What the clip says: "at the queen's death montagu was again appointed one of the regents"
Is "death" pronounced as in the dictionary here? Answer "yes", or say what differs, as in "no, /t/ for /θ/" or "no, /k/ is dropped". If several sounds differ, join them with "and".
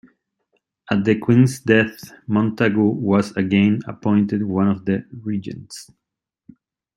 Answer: yes